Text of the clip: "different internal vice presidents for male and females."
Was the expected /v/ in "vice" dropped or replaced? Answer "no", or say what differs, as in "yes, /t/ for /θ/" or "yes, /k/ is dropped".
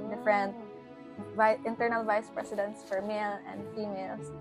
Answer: no